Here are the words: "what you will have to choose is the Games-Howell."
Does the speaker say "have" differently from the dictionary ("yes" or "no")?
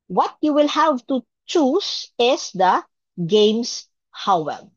no